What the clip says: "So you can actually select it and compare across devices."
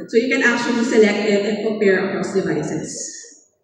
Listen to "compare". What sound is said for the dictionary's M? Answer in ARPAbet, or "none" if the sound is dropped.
none